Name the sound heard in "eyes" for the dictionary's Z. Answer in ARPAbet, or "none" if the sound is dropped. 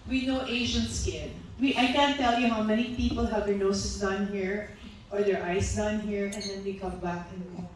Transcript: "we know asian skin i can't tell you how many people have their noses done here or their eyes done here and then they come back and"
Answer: S